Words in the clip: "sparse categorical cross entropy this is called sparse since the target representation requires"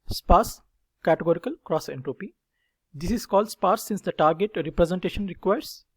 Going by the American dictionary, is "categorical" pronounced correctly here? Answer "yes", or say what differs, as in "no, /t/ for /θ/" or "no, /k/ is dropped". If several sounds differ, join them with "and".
yes